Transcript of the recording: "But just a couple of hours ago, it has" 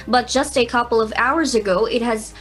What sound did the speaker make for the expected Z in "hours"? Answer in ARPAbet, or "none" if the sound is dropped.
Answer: Z